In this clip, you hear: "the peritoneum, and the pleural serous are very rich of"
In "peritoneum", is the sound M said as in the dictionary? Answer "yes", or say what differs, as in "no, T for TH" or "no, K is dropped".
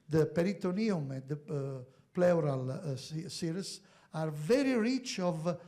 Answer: yes